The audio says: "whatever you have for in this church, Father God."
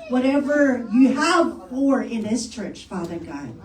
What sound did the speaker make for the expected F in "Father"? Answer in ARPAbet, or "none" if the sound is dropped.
F